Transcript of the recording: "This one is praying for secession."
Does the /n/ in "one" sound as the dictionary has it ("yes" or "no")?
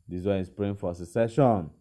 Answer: no